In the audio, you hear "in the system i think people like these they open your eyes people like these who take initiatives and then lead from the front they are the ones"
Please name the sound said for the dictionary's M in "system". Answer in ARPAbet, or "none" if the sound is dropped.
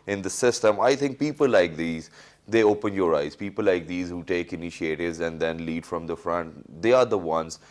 M